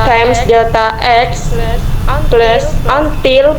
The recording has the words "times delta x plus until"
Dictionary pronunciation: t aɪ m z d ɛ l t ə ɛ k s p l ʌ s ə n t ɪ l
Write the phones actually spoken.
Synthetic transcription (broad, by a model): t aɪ m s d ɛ t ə ɛ k s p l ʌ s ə n t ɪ l